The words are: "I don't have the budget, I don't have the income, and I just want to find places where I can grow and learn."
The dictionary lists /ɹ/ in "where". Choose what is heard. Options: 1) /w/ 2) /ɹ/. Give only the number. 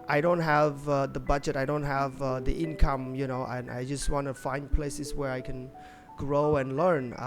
2